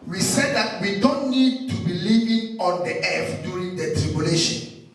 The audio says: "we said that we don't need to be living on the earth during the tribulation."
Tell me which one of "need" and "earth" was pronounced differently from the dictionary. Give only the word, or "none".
earth